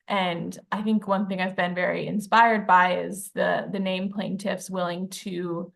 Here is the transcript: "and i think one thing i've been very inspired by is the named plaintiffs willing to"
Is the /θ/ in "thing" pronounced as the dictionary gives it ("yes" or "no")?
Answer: yes